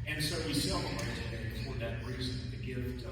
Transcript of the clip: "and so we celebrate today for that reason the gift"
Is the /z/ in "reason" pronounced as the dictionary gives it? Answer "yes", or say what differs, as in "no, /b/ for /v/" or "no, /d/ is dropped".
yes